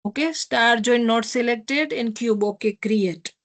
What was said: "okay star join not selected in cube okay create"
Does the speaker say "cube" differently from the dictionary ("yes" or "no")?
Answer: no